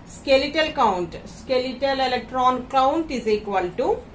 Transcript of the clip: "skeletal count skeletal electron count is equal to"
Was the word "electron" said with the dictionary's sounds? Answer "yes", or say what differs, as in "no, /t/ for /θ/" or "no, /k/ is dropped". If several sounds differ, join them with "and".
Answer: yes